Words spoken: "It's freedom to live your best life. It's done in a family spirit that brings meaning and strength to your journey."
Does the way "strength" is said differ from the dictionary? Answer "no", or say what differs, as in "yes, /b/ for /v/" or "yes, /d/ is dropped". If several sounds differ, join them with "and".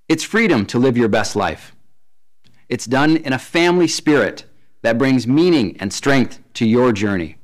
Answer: no